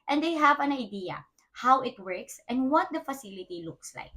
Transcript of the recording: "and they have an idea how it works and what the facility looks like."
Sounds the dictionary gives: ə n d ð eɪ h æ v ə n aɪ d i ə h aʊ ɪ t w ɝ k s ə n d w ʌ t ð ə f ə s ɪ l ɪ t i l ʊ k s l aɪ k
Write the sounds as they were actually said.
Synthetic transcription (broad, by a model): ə n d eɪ h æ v ə n aɪ d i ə h aʊ ɪ t w ɝ k s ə n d w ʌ t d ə f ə s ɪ l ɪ t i l ʊ k s l aɪ k